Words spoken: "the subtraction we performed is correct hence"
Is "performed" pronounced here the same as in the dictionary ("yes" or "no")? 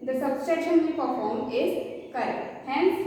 no